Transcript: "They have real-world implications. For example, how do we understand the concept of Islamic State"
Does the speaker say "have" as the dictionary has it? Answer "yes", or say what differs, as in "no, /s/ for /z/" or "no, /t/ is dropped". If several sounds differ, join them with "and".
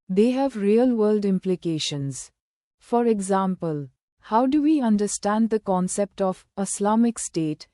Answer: yes